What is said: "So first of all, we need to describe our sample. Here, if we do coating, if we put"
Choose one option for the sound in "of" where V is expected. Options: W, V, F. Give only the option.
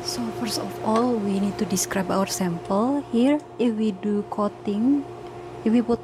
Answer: F